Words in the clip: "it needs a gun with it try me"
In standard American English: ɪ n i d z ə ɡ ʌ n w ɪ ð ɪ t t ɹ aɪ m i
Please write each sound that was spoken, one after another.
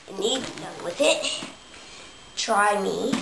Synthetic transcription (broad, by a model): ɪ n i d ə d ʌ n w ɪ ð ɪ t t ɹ aɪ m i